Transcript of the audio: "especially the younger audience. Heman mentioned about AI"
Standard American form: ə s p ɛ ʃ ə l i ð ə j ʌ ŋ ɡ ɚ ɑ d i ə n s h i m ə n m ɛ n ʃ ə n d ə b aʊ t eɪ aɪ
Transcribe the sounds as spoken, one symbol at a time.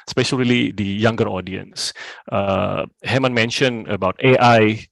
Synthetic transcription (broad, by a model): s p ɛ ʃ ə l i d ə j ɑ ŋ ɡ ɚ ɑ d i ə n s h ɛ m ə n m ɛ n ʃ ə n ə b aʊ t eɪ aɪ